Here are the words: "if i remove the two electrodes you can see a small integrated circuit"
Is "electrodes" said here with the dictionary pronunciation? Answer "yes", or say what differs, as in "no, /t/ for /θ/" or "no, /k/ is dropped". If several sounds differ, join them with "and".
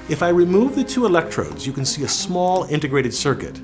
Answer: yes